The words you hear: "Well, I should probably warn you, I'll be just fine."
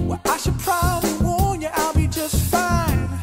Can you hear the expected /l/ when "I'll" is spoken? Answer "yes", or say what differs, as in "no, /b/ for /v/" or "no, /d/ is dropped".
yes